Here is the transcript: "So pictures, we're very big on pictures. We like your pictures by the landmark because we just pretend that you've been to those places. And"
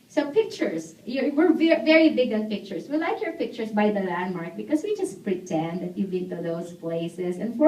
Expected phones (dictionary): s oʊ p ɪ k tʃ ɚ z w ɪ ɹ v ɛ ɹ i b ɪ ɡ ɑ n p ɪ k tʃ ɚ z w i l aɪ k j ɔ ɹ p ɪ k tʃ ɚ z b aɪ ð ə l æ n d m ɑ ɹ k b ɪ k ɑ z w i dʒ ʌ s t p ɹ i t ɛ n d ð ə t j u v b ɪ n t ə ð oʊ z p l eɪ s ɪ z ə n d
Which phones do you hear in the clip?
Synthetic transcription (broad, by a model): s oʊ p ɪ k tʃ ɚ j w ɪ ɹ v ɛ ɹ i b ɪ ɡ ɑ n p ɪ k tʃ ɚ s w i l aɪ k j ɔ ɹ p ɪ k tʃ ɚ s b aɪ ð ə l æ n d m ɑ ɹ k b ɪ k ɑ s w i dʒ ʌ s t p ɹ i t ɛ n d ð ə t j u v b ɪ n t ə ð oʊ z p l eɪ s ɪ s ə n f